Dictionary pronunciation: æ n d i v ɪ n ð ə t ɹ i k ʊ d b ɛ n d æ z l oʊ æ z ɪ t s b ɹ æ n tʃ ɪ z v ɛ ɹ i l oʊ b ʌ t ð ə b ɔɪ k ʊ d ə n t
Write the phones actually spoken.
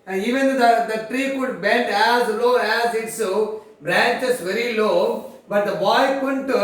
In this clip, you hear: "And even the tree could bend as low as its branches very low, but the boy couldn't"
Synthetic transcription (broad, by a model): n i v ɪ n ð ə t ɹ i k ʊ d b ɛ n d æ z l oʊ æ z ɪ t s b ɹ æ n tʃ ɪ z v ɛ ɹ i l oʊ b ʌ t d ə b ɔɪ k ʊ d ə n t